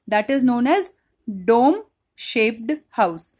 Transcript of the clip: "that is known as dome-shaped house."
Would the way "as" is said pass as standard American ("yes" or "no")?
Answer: yes